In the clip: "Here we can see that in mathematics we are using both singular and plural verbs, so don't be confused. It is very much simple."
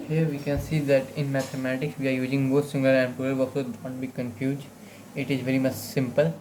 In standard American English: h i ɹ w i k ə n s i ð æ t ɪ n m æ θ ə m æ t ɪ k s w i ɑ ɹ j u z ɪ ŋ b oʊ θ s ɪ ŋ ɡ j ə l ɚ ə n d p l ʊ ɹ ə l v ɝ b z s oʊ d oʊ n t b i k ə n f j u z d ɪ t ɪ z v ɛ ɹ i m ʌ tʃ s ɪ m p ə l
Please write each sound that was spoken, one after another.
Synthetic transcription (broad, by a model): h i ɹ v i k ə n s i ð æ t ɪ n m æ t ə m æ t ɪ k s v i ɑ ɹ j u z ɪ ŋ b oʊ t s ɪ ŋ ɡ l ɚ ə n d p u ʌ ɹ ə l s oʊ d oʊ n t b i k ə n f j u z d ɪ t ɪ z v ɛ ɹ i m ʌ tʃ s ɪ m p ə l